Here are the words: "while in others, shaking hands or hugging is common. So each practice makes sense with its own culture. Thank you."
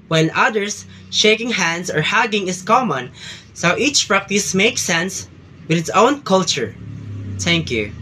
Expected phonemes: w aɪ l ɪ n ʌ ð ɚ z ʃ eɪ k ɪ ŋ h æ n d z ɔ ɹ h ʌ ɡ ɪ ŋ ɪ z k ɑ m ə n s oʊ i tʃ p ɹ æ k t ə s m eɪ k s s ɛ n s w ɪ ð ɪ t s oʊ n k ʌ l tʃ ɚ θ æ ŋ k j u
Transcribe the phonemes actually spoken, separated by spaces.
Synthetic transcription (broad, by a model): w ɪ n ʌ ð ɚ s ʃ eɪ k ɪ ŋ h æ n d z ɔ ɹ h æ ɡ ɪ ŋ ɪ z k ɑ m ə n s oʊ i tʃ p ɹ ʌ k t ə s m eɪ k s s ɛ n s w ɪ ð ɪ t s oʊ n k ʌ l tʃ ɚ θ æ ŋ k j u